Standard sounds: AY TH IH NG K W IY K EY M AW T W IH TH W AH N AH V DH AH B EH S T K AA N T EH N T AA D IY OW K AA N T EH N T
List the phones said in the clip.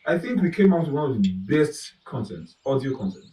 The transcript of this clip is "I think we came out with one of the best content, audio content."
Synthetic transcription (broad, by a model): AY TH IH NG K W IY K EY M AW T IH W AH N AH V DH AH B EH S T K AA N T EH N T AA D IY OW K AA N T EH N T